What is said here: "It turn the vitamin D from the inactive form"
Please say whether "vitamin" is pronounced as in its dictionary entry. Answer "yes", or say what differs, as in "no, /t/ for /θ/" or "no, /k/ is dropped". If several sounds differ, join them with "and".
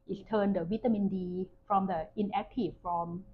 no, /w/ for /v/